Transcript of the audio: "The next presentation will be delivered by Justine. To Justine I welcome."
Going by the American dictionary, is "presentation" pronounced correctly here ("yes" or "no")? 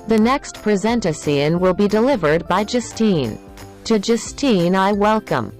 no